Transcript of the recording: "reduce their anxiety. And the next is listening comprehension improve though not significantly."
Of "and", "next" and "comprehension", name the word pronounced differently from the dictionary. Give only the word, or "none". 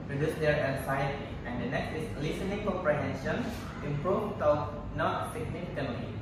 comprehension